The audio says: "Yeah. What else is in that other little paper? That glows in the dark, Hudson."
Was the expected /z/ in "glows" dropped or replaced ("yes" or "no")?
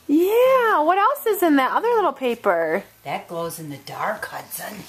no